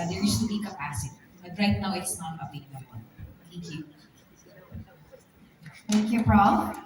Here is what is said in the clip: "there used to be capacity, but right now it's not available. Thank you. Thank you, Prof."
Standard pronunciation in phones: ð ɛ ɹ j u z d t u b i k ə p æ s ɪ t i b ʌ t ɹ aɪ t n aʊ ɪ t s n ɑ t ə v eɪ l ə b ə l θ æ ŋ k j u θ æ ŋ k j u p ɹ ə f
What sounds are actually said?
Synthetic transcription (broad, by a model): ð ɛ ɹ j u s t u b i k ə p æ s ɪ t b ʌ t ɹ aɪ t n aʊ ɪ t s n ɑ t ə b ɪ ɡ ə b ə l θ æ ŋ k j u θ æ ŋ k j u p ɹ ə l